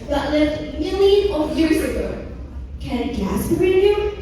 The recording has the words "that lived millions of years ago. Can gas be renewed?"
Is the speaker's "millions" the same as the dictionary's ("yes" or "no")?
no